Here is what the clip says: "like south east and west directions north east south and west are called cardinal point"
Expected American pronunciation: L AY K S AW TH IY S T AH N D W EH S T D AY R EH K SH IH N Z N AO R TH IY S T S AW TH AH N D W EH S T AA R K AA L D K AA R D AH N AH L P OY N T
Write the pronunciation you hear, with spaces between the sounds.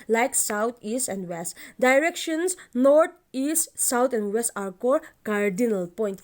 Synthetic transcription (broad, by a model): L AY K S AW T IY S T AH N D W EH S T D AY R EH K SH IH N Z N AO R T IY S T S AW T AH N D W EH S T AA R K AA D K AA R D AH N AH L P OY N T